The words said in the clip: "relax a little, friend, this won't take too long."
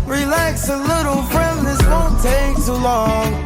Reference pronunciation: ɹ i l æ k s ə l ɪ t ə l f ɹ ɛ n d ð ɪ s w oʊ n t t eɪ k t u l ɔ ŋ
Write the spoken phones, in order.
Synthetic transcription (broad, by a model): ɹ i l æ k s ə l ɪ t l f ɹ ɛ n d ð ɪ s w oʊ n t t eɪ k s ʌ l ɔ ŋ